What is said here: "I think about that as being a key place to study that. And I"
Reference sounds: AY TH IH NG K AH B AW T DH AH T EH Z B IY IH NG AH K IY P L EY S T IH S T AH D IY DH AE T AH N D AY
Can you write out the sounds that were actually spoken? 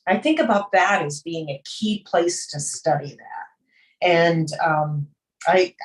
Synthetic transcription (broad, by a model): AY TH IH NG K AH B AW T DH AH T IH Z B IY IH NG AH K IY P L EY S T IH S T AH D IY DH AE T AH N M AY